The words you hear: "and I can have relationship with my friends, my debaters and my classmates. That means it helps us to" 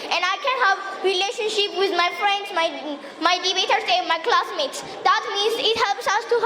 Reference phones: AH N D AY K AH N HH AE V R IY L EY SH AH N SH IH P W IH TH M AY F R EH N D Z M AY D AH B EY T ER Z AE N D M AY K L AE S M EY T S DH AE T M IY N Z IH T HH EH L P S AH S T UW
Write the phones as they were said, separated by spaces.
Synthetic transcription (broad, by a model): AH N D AY K AH N HH AE V R IY L EY SH AH N SH IH P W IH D M AY F R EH N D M M AY D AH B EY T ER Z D M AY K L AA S M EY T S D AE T M IY N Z IH T HH EH L P S AH S T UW